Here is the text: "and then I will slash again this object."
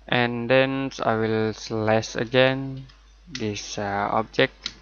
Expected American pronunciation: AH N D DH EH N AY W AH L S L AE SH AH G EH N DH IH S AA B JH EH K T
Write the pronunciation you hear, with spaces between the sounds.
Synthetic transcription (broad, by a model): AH N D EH N AY W AH L S L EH S AH G EH N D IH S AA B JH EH K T